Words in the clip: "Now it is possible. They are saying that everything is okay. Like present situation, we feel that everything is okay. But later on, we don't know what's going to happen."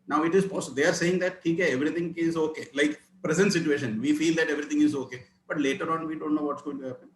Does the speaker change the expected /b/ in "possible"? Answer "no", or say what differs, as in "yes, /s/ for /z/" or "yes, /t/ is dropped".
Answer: yes, /b/ is dropped